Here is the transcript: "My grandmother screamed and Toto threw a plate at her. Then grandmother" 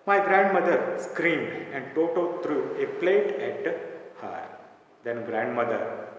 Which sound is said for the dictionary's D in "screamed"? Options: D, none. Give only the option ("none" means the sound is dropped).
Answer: D